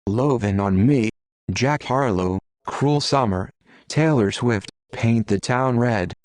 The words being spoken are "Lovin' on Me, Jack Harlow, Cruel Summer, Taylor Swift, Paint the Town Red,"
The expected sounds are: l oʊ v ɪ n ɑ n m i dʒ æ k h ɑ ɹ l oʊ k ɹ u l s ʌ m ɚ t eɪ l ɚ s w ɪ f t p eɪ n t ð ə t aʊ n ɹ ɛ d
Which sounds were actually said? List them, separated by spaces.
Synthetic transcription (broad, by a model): l oʊ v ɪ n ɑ n m i dʒ æ k h ɑ ɹ l oʊ k ɹ u l s ʌ m ɚ t eɪ l ɚ s w ɪ f t p eɪ n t ð ə t aʊ n ɹ ɛ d